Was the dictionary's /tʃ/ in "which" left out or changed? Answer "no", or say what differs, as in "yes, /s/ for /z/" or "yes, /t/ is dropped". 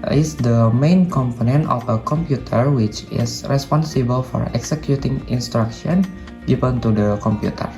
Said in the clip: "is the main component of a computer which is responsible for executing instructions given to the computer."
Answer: no